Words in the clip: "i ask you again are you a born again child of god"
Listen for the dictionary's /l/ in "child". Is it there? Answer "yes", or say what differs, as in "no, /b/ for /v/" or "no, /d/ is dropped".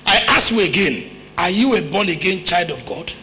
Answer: yes